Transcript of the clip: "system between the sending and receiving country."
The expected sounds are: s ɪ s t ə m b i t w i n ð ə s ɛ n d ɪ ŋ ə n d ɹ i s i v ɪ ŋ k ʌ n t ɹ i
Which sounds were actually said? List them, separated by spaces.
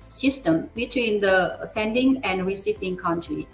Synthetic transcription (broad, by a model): s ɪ s t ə m b i t w i n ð ə s ɛ n d ɪ ŋ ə n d ɹ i s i p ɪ ŋ k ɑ n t ɹ i